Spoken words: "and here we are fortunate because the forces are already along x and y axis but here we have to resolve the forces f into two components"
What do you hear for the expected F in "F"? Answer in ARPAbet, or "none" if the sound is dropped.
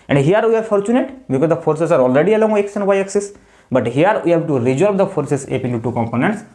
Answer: P